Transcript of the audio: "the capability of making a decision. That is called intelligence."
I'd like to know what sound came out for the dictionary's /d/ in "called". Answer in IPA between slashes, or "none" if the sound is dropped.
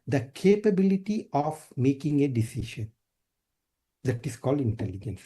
/d/